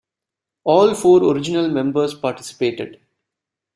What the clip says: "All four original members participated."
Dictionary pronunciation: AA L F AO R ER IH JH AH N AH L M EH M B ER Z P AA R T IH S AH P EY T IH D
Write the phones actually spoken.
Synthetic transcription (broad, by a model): AA L F AO R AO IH JH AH N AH L M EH M B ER S P AA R T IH S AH P EY T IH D